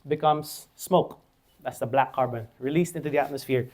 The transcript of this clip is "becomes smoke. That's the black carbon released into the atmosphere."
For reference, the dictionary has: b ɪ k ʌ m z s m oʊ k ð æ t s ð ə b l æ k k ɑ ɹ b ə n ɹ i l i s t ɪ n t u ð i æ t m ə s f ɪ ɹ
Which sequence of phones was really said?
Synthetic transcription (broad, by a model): b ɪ k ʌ m s m oʊ k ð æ t s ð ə b l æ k k ɑ ɹ b ə n ɹ i l i s t ɪ n t u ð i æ t m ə s f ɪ ɹ